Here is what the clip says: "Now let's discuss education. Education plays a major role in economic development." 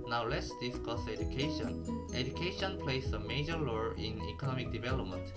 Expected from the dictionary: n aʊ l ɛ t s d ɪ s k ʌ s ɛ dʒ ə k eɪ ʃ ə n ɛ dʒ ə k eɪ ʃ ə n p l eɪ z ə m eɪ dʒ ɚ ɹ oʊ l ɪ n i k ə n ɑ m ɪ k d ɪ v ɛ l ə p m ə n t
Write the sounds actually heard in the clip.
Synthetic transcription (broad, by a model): n aʊ l ɛ t s d ɪ s k ʌ s ɛ dʒ ə k eɪ ʃ ə n ɛ dʒ ə k eɪ ʃ ə n p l eɪ s ə m eɪ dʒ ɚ l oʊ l ɪ n i k ə n ɑ m ɪ k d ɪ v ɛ l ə p m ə n t